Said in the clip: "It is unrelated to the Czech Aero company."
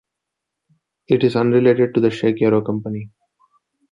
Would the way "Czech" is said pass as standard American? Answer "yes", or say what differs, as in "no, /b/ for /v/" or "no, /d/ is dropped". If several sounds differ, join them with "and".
no, /ʃ/ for /tʃ/